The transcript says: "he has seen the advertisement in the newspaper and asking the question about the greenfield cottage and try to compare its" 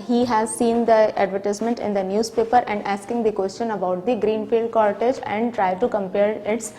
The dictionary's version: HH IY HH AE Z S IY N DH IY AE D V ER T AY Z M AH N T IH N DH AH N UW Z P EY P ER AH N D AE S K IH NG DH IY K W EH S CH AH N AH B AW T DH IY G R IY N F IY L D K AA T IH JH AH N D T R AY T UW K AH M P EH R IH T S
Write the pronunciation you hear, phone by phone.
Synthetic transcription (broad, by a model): HH IY HH AE Z S IY N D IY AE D V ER T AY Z M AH N T IH N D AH N UW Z P EY P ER AH N D AE S K IH NG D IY K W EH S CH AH N AH B AW T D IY G R IY N F IY L D K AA T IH JH AH N D T R AY T UW K AH M P EH R IH T S